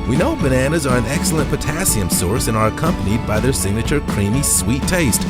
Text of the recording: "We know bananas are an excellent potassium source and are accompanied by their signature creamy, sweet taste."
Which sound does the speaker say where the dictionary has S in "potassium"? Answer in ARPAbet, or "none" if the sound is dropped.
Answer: S